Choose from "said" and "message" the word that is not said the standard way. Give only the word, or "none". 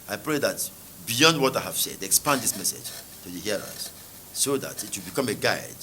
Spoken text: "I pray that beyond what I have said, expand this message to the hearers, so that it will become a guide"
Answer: none